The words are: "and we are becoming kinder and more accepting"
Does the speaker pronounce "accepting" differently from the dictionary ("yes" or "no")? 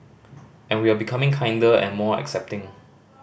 no